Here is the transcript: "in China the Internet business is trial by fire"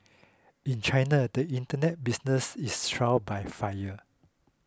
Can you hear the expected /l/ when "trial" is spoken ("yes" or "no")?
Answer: no